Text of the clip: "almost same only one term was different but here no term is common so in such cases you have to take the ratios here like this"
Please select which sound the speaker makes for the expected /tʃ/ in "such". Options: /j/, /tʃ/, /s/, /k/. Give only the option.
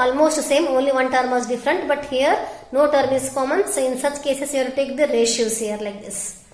/tʃ/